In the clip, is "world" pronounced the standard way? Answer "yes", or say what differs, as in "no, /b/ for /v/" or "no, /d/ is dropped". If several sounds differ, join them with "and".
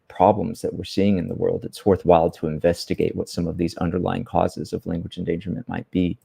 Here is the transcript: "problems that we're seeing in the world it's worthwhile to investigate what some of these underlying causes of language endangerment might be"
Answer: yes